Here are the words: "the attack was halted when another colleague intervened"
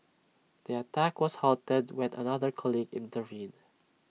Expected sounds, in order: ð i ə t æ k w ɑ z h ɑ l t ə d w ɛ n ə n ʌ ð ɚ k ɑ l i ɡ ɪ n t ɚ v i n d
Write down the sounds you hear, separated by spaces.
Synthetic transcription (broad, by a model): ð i ə t æ k w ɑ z h ɑ l t ə d w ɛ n ə n ʌ ð ɚ k ɑ l i ɡ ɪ n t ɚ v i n